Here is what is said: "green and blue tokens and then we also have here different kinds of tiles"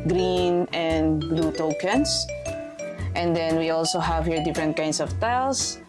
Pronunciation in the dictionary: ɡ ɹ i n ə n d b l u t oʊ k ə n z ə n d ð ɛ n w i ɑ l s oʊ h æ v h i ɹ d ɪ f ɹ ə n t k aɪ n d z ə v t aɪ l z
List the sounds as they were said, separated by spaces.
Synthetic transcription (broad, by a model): ɡ ɹ i n ə n d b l u t oʊ k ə n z ə n d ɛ n w i ɑ l s oʊ h æ v h i ɹ d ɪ f ɹ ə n t k aɪ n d s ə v t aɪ l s